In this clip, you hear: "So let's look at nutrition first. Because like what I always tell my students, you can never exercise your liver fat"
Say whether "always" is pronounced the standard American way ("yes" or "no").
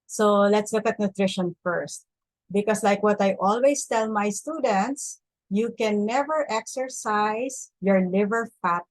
no